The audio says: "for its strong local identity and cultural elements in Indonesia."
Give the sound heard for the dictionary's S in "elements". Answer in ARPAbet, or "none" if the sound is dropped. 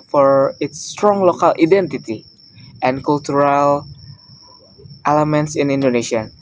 S